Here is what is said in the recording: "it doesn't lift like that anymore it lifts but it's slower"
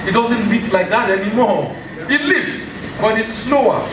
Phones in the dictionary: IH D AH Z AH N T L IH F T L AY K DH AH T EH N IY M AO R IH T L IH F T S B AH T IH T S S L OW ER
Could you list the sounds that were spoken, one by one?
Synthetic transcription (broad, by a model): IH D AH Z AH N T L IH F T L AY K DH AH T EH N IY M AO R IH T L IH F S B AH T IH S S L OW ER